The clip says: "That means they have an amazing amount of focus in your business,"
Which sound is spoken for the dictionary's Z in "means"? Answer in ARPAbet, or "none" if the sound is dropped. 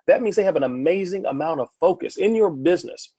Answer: Z